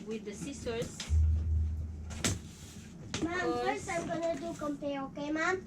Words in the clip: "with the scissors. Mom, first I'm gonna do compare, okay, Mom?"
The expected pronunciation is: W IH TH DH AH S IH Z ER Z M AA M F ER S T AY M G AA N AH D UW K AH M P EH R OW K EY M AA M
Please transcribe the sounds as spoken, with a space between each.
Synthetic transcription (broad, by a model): W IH DH AH S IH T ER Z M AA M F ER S AY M G AA N AH D UW K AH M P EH OW K EY M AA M